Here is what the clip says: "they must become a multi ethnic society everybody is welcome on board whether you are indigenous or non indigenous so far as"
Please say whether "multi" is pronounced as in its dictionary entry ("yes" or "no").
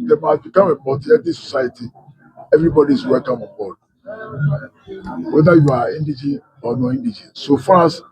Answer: no